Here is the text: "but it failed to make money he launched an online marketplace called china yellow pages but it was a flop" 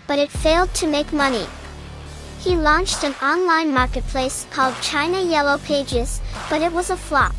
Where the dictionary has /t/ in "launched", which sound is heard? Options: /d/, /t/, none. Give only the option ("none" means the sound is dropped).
/t/